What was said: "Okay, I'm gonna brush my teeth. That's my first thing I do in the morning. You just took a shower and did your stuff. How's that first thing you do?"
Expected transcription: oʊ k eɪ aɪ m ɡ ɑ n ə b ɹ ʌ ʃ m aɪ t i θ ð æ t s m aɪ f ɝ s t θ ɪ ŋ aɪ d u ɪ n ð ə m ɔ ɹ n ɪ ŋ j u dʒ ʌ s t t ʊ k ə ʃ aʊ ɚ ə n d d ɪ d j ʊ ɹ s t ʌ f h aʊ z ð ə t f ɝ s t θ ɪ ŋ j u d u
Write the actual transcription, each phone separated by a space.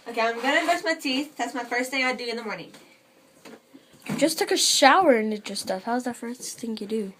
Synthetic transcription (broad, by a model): oʊ k eɪ aɪ m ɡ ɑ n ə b ʌ s m aɪ t i θ ð æ t s m aɪ f ɝ s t θ ɪ ŋ aɪ d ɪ ɪ n ð ə m ɔ ɹ n ɪ ŋ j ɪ dʒ ʌ s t t ʊ k ə ʃ aʊ ɚ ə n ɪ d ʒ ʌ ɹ s t ʌ f h aʊ z ð ə t f ɝ s θ ɪ ŋ j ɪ d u